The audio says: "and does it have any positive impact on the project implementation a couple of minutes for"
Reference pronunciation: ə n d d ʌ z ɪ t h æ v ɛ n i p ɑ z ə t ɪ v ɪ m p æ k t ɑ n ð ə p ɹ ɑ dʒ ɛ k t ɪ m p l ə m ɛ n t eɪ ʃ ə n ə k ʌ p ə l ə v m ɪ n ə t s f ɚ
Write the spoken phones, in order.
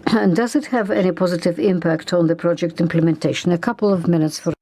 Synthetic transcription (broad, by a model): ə n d d ʌ z ɪ t h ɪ v ɛ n i p ɑ z ə t ɪ v ɪ m p æ k t n ð ə p ɹ ɑ dʒ ɛ k t ɪ m p l ə m ɛ n t eɪ ʃ ə n ə k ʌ p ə l ə v m ɪ n ə t s f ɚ